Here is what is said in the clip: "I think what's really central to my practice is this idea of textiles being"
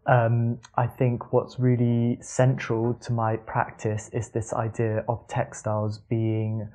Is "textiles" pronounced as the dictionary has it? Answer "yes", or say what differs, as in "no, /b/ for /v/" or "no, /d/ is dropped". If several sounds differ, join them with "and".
yes